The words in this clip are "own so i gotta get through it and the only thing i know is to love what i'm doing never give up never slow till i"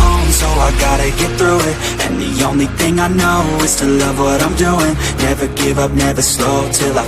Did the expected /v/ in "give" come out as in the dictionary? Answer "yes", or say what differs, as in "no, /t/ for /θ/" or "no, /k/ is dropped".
yes